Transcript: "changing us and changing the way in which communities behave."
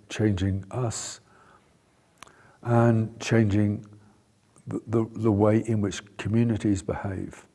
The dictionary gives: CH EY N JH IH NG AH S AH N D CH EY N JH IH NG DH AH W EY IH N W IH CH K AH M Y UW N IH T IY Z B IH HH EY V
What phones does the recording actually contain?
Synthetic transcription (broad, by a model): CH EY N JH IH NG AH S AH N CH EY N JH IH NG DH AH W EY IH N W IH CH K AH M Y UW N IH T IY Z B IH HH EY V